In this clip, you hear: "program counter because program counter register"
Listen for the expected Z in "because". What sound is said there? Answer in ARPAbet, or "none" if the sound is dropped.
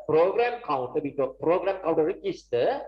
none